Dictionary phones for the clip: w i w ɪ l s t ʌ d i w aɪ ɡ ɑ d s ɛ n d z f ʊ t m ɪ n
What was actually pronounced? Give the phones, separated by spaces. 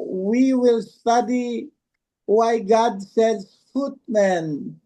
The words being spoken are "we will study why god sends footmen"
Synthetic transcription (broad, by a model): w i w ɪ l s t ʌ d i w aɪ ɡ ɑ d s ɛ d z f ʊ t m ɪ n